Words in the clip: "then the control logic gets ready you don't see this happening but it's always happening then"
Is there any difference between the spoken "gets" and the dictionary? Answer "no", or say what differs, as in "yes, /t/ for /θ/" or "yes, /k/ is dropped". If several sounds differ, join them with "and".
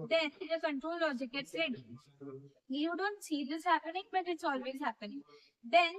yes, /s/ is dropped